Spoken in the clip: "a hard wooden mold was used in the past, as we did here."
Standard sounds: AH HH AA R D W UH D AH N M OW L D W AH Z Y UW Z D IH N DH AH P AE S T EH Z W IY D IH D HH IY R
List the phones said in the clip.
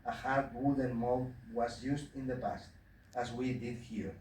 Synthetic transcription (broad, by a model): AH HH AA R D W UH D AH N M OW D W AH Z Y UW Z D IH N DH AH P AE S T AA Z W IY D IH D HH IY R